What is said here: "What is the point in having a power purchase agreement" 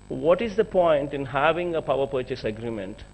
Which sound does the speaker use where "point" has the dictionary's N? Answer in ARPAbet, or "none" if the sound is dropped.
N